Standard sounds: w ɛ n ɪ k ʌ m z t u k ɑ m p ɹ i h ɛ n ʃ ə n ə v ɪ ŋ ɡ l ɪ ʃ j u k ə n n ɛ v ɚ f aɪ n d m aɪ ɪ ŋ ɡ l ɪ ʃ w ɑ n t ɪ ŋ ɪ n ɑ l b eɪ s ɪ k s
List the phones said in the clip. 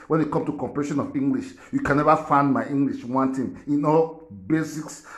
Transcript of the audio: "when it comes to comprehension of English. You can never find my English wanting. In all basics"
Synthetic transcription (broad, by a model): w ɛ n ɪ k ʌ m t u k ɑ m p i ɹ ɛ ʃ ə n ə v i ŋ ɡ l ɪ ʃ j u k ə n n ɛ v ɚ f aɪ n d m aɪ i ŋ ɡ l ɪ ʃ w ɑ n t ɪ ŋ ɪ n ɑ l b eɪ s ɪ k s